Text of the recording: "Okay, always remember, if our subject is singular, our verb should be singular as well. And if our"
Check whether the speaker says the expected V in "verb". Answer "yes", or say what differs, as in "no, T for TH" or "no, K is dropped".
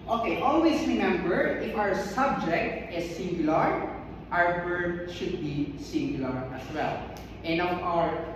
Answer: no, B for V